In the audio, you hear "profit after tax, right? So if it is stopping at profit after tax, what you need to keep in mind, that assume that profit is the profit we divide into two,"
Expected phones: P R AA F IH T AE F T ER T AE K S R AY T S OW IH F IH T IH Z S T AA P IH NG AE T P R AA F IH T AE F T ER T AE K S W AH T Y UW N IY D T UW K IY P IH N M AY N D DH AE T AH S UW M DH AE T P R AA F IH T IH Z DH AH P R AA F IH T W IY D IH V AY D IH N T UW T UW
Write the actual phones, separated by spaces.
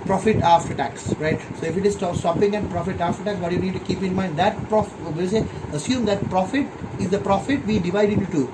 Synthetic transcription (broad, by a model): P R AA F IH T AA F T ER T AE K S R AY T S OW IH F IH T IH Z S T AA P IH NG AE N P R AA F IH T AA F T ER T AE K S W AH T Y UW N IY D T UW K IY P IH N M AY N D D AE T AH S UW M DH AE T P R AA F IH T IH Z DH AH P R AA F IH T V IY D IH V AY D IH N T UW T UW